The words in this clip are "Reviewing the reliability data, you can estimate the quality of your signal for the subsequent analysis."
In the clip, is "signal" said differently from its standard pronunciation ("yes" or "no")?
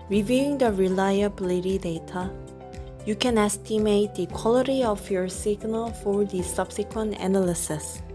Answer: no